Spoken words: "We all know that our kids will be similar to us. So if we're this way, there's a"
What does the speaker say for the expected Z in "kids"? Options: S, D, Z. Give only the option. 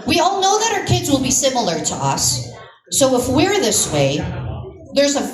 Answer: Z